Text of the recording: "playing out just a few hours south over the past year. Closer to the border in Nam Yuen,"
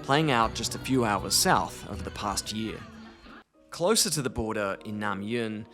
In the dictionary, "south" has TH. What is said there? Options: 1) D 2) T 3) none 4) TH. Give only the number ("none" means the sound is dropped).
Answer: 4